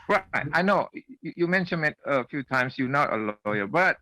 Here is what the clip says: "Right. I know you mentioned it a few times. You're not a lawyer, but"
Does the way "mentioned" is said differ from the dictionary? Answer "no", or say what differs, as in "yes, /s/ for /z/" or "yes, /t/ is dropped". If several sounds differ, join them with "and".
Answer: yes, /d/ is dropped